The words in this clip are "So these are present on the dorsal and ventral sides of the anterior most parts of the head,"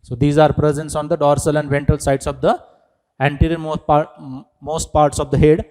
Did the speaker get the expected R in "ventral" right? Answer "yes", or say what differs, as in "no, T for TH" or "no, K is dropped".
no, R is dropped